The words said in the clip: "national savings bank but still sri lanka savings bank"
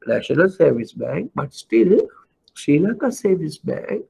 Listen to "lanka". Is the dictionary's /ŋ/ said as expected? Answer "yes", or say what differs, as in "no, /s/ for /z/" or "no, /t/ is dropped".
no, /ŋ/ is dropped